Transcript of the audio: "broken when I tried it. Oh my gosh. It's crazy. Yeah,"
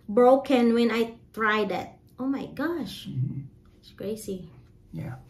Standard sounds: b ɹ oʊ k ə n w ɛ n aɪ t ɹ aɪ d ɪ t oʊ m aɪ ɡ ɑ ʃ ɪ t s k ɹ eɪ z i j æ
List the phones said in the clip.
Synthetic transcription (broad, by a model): b ɹ oʊ k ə n w ɛ n aɪ t ɹ aɪ d ɪ t oʊ m aɪ ɡ ɑ ʃ ɪ t s k ɹ eɪ s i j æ